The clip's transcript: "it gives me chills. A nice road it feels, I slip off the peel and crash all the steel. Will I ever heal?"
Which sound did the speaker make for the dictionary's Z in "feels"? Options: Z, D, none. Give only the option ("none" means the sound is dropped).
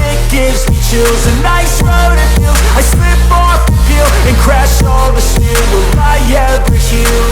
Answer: none